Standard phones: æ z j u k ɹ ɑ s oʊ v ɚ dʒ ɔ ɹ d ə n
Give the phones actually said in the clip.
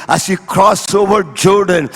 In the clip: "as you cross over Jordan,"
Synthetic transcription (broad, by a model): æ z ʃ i k ɹ ɑ s oʊ v ɚ dʒ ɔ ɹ d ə n